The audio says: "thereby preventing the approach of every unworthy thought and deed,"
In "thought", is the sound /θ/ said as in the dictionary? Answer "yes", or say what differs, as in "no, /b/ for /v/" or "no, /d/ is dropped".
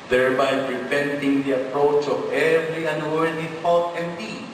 no, /t/ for /θ/